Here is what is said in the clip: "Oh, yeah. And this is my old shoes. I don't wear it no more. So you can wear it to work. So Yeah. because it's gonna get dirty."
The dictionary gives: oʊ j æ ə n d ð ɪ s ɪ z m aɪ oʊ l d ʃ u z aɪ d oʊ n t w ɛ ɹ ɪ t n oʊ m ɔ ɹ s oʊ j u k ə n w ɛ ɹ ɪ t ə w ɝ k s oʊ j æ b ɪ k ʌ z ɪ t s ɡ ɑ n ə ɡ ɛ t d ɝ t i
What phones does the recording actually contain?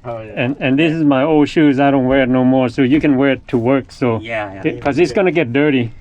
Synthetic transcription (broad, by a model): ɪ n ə n ð ɪ s ɪ z m aɪ oʊ l d ʃ u z aɪ d oʊ n t w ɛ ɹ ɪ t n oʊ m ɔ ɹ s oʊ j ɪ k ə n w ɛ ɹ ɪ t ə w ɝ k s oʊ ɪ k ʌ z ɪ t s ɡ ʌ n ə ɡ ɛ t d ɝ t i